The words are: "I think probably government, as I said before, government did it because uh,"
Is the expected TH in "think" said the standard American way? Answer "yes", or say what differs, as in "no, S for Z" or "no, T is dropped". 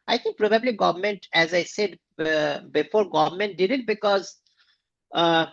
no, T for TH